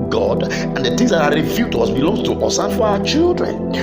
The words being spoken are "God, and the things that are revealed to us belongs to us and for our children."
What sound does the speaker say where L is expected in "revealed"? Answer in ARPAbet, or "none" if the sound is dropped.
none